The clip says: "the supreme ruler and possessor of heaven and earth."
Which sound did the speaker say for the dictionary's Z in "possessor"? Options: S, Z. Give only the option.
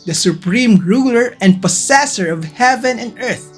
S